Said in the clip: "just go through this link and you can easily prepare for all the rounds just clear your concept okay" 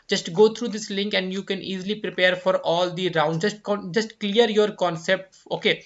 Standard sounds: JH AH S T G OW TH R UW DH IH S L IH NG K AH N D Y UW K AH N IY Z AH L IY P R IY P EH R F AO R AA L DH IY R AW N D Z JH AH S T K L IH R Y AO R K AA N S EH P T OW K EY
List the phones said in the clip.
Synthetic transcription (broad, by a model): JH AH S T G OW T R UW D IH S L IH NG K AH N D Y UW K AH N IY Z AH L IY P R IY P EH R F AO R AA L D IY R AW N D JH JH AH S T K L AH R Y AO R K AA N S EH P T OW K EY